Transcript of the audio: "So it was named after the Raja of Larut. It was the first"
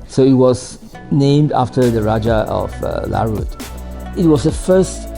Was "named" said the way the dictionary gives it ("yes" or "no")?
yes